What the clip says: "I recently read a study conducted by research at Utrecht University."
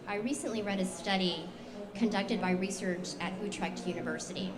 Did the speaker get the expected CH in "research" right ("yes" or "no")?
yes